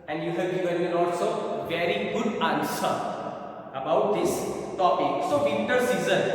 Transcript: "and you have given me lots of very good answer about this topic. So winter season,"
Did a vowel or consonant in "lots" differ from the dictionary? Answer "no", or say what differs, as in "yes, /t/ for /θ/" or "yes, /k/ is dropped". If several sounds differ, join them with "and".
yes, /n/ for /l/